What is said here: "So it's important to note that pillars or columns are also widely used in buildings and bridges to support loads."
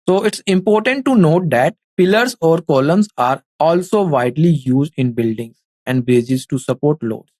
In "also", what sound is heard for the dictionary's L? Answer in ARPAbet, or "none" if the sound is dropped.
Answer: L